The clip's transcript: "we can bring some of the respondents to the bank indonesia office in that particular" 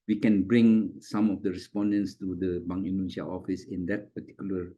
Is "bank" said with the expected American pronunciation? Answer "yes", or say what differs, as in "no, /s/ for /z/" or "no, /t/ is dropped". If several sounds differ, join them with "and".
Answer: no, /k/ is dropped